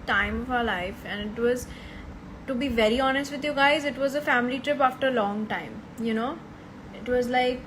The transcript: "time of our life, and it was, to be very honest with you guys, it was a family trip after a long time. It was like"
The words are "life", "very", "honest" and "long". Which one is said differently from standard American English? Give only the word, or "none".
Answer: none